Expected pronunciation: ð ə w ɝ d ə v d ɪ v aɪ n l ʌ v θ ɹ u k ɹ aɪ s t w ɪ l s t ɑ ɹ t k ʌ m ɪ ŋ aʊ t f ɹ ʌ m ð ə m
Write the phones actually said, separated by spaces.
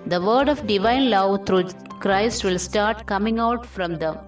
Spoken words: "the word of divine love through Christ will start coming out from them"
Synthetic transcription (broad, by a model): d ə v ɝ d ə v d ɪ v aɪ n l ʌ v t ɹ u k ɹ aɪ s t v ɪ l s t ɑ ɹ t k ʌ m ɪ ŋ aʊ t f ɹ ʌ m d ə m